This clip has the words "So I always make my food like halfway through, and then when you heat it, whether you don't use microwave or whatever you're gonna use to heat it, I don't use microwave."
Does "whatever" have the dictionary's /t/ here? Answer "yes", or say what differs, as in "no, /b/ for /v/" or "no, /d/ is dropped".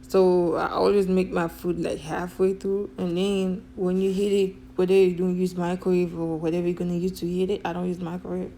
yes